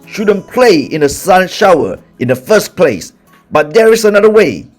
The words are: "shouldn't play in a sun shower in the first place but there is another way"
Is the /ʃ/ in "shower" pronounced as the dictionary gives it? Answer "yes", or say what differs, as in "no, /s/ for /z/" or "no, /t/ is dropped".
yes